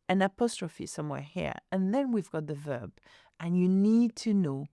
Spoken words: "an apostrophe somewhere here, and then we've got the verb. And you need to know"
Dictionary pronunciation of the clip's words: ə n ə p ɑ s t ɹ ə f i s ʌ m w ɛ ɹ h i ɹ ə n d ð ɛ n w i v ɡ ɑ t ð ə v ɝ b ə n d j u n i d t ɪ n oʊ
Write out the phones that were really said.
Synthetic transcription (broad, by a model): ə n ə p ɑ s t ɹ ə f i s ʌ m w ɛ ɹ h i ɹ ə n ð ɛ n w i v ɡ ɑ t ð ə v ɝ b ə n j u n i d t ɪ n oʊ